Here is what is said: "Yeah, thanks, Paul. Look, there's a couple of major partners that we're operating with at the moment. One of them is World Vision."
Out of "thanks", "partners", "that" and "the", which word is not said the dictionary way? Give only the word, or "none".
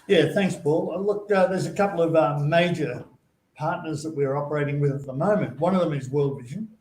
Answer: none